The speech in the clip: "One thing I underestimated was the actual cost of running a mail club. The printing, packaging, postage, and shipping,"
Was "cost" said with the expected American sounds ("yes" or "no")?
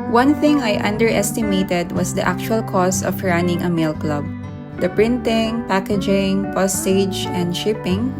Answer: no